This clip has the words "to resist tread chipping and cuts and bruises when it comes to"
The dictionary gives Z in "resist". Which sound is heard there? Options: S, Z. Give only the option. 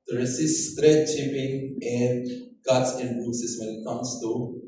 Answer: S